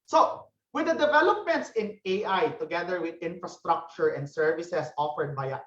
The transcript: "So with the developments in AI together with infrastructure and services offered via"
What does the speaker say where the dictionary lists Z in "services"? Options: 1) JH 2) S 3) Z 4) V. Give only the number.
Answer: 2